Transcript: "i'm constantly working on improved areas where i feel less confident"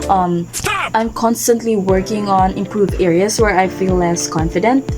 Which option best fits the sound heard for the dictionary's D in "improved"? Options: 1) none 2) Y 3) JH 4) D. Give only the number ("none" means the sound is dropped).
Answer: 1